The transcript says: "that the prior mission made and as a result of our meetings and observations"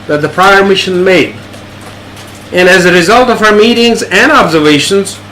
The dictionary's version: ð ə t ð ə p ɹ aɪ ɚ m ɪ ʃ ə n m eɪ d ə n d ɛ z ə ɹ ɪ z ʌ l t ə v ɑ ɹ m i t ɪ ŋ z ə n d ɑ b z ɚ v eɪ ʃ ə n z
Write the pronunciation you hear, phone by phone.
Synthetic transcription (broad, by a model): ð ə t ð ə p ɹ aɪ ɚ m ɪ ʃ ə n m eɪ d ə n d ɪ z ə ɹ ɪ z ʌ l t ə v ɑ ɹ m i t ɪ ŋ z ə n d ɑ b z ɚ v eɪ ʃ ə n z